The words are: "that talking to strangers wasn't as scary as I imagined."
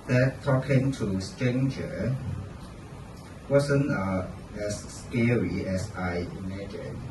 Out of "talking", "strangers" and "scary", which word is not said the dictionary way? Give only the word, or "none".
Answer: strangers